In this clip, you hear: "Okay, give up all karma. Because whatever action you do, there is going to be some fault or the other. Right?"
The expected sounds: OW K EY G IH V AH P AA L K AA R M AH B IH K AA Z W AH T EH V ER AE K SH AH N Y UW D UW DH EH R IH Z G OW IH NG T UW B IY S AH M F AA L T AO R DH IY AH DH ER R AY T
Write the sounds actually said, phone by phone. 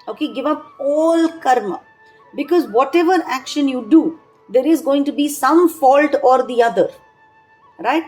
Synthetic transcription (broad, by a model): OW K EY G IH V AH P AA L K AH R M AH B IH K AA Z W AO T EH V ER AE K SH AH N Y UW D UW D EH R IH Z G OW IH NG T UW B IY S AH M F AA L T AO R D IY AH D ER R AY T